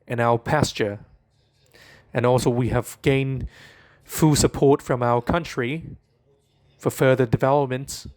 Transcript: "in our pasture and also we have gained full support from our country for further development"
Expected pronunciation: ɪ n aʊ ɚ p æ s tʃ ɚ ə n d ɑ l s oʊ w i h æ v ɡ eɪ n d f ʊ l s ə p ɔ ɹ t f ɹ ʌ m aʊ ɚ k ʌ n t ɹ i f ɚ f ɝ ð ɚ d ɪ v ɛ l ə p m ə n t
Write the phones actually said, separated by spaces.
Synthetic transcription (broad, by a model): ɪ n aʊ ɚ p æ s tʃ ɚ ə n ɑ l s oʊ w i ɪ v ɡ eɪ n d f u s ə p ɔ ɹ t f ɹ ʌ m aʊ ɚ k ʌ n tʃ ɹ i f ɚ f ɝ ð ɚ d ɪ v ɛ l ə p m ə n t